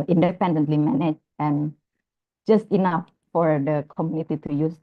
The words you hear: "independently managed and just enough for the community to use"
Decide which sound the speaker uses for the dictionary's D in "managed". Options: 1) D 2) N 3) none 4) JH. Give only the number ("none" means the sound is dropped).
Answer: 3